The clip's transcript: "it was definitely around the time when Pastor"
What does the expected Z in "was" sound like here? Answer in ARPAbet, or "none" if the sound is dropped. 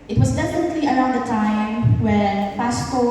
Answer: Z